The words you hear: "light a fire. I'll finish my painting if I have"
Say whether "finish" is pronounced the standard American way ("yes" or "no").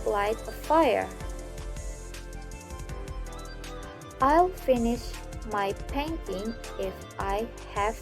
yes